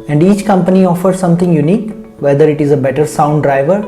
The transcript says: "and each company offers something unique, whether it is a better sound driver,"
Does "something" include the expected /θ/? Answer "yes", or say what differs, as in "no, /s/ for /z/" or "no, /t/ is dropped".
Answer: no, /t/ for /θ/